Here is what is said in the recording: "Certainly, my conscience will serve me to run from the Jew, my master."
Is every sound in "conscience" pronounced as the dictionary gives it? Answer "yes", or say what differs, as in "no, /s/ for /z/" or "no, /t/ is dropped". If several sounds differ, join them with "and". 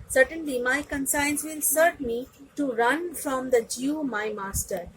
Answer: no, /s/ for /ʃ/